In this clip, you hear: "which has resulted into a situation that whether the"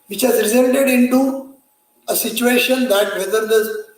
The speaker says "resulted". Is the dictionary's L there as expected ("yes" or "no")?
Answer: no